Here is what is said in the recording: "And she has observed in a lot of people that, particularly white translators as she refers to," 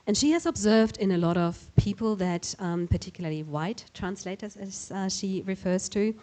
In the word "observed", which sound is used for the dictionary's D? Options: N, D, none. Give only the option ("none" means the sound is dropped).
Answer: D